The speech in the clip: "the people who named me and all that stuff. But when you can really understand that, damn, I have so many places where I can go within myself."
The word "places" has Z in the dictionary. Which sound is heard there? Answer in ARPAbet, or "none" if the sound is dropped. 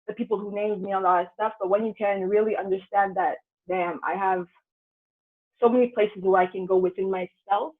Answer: Z